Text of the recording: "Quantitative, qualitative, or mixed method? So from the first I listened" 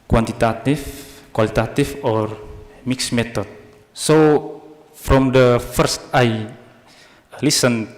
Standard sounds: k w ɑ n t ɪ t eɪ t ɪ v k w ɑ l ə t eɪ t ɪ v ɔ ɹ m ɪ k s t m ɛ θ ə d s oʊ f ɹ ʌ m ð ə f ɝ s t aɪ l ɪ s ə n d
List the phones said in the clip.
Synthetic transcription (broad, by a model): k w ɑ n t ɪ t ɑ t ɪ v k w ɑ l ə t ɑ t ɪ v ɔ ɹ m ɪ k s m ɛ t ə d s oʊ f ɹ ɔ m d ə f ɝ s t aɪ l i s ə n